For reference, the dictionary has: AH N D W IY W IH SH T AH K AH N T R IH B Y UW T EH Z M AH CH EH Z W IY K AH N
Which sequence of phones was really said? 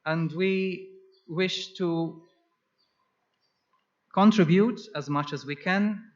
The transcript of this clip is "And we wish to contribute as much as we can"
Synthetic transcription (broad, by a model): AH N D W IY W IH SH T AH K AH N T R IH B Y UW T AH Z M AH CH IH Z W IY K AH N